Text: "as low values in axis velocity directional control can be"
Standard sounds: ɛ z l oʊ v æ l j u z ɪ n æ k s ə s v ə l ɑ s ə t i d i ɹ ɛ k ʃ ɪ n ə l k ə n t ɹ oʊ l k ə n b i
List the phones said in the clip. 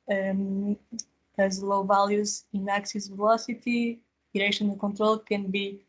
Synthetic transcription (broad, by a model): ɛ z l oʊ v æ l j u z ɪ n æ k s ə s v ə l ɑ s ə t i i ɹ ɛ ʃ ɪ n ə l k ə n t ɹ oʊ l k ə n b i